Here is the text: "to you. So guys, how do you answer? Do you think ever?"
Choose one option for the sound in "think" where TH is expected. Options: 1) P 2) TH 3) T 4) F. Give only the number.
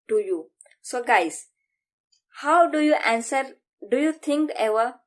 3